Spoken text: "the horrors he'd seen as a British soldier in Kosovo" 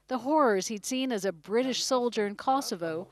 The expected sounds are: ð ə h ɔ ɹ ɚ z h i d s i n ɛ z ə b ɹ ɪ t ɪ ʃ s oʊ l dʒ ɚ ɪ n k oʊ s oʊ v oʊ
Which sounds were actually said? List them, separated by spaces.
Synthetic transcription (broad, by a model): ð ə h ɔ ɹ ɚ z h i d s i n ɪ z ə b ɹ ɪ t ɪ ʃ s oʊ l dʒ ɚ ɪ n k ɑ s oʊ v oʊ